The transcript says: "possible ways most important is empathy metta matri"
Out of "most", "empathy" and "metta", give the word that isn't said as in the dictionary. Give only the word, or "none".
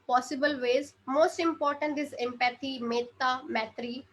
empathy